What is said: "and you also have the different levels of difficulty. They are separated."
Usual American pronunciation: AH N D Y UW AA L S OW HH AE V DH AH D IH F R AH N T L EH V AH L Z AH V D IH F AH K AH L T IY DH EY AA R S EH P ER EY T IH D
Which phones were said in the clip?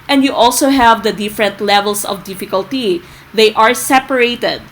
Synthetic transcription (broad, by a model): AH N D Y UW AA L S OW HH AE V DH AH D IH F R AH N T L EH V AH L S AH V D IH F AH K AH L T IY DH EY AA R S EH P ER EY T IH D